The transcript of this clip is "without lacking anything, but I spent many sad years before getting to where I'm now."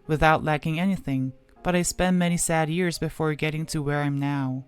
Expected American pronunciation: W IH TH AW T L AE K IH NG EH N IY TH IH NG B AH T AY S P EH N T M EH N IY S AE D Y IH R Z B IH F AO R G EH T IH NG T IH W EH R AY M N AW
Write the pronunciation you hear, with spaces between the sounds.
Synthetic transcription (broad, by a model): W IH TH AW T L AE K IH NG EH N IY TH IH NG B AH T AY S P EH N M EH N IY S AE D Y IH R Z B IH F AO R G EH T IH NG T IH W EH R AY M N AW